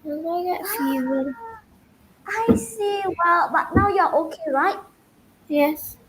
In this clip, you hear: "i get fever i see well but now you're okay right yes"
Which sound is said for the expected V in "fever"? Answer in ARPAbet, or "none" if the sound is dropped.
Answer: W